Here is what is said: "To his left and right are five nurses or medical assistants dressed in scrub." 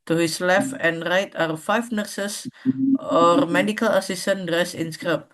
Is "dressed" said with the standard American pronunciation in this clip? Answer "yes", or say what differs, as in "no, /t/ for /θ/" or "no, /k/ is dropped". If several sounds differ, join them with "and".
no, /t/ is dropped